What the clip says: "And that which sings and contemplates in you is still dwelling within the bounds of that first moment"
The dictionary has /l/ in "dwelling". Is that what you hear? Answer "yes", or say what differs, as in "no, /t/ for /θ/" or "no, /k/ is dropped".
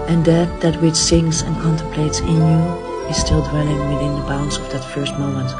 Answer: no, /n/ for /l/